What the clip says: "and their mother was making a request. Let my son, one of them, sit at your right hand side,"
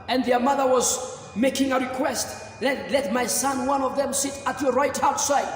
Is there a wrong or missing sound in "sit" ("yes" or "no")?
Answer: no